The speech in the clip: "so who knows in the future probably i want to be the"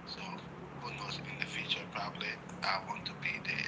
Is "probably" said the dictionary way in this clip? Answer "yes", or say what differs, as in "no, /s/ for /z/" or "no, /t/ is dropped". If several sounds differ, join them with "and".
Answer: yes